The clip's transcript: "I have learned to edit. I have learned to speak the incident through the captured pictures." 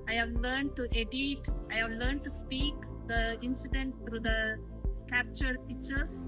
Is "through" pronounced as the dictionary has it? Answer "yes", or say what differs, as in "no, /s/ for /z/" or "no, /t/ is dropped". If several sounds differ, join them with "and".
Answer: no, /t/ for /θ/